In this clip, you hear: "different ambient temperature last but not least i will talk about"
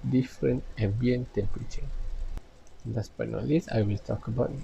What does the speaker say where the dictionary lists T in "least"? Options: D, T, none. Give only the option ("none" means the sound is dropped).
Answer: none